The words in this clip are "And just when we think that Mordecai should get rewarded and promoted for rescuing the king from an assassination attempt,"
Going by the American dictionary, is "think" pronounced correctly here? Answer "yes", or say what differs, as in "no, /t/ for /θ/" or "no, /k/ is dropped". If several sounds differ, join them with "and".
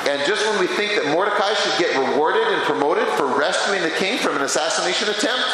yes